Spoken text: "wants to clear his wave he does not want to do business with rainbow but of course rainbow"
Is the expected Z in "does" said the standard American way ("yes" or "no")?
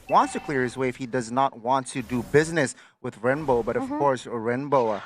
yes